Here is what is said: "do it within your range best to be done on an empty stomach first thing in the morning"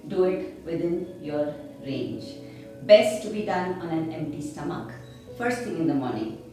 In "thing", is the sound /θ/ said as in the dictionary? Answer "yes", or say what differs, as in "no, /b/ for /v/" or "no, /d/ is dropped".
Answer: no, /s/ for /θ/